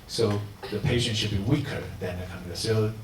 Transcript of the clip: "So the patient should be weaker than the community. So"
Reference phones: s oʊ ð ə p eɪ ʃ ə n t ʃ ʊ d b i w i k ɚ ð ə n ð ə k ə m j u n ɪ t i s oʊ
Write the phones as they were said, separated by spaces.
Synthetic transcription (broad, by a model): s oʊ ð ə p eɪ ʃ ə n t ʃ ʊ d b i w i k ɚ ð ə n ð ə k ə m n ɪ s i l